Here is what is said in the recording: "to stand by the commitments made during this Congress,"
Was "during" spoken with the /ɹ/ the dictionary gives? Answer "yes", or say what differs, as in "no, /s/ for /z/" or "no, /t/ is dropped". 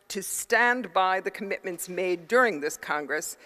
yes